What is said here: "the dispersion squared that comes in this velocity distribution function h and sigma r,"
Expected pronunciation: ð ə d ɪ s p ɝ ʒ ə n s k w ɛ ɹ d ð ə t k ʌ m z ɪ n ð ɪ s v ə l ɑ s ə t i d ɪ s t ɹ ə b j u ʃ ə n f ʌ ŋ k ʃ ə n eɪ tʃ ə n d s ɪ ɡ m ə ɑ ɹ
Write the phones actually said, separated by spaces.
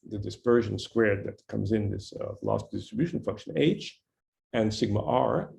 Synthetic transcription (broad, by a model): ð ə d ɪ s p ɝ ʒ ə n s k w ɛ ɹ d ð ə t k ʌ m z ɪ n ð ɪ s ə l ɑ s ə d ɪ s t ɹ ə b j u ʃ n f ʌ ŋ k ʃ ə n eɪ tʃ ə n s ɪ ɡ m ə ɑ ɹ